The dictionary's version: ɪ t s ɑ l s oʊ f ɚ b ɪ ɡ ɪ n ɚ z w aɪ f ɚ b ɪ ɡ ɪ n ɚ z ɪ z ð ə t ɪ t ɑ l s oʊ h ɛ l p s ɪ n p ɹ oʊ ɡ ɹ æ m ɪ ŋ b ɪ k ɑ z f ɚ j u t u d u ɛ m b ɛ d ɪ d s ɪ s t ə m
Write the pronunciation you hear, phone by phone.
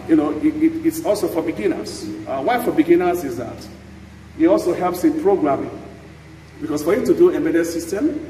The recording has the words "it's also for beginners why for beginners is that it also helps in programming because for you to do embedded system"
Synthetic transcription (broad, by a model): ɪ t s ɑ l s oʊ f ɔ b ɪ ɡ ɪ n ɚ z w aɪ f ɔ b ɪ ɡ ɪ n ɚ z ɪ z ð ə t ɪ t ɑ l s oʊ h ɛ l p s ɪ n p ɹ oʊ ɡ ɹ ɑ m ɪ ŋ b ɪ k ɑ s f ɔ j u t u d u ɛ b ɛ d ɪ s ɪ s t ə m